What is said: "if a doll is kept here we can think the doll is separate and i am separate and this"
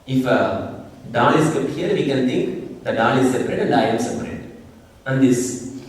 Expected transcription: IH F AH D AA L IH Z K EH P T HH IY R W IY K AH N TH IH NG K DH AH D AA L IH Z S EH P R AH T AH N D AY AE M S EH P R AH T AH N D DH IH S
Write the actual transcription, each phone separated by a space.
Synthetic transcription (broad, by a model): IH F AH D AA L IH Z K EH T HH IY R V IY K AH N T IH NG K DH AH D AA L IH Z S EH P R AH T AH N D AY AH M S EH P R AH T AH N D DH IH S